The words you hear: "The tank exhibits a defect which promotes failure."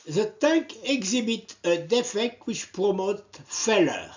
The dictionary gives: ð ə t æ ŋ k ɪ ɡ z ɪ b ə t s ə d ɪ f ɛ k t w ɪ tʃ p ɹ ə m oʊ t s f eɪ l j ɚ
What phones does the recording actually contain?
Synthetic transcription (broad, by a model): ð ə t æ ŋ k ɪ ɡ z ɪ b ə t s ə d ɪ f ɛ k t w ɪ tʃ p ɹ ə m oʊ t f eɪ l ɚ